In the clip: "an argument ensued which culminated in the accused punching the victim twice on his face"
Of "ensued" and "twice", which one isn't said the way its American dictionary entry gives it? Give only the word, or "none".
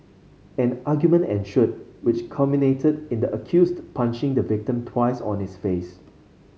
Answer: ensued